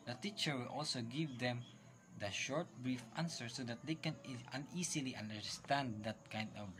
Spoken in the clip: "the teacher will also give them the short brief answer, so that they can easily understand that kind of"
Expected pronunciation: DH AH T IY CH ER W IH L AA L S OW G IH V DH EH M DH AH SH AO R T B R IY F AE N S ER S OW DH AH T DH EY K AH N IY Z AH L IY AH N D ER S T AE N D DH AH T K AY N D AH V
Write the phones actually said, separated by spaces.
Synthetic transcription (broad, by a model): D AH T IY CH ER W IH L AA L S OW G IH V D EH M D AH SH AO R T B R IY F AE N S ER S OW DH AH T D EY K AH N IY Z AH L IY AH N D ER S T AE N D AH T K AY N D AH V